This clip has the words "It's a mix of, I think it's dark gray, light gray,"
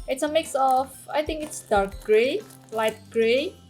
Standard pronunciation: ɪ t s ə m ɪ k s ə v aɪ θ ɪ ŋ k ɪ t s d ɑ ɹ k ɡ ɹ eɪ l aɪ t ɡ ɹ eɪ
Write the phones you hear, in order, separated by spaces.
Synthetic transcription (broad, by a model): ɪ t s ə m ɪ k s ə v aɪ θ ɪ ŋ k ɪ t s d ɑ ɹ k ɡ ɹ eɪ l aɪ t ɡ ɹ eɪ